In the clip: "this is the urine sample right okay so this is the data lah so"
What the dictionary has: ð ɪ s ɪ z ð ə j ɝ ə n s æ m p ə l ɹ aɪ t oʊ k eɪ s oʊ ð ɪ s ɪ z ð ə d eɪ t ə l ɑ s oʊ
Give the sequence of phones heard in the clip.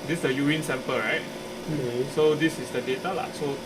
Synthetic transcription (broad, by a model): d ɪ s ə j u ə n s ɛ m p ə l ɹ aɪ t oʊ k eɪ s oʊ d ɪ s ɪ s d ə d eɪ t ə l ɑ s oʊ